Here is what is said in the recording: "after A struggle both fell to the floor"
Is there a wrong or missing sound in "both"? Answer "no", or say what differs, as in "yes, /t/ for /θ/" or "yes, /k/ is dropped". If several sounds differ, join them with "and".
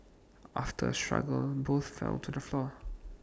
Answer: no